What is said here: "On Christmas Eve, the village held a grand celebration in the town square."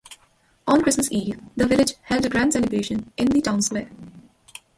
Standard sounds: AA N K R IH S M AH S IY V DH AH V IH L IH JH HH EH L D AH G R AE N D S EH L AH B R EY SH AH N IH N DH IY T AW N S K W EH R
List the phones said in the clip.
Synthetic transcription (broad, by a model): AA N K R IH S M AH S IY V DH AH V IH L IH JH HH EH L D AH G R AE N D S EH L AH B EY SH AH N IH N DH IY T AW N S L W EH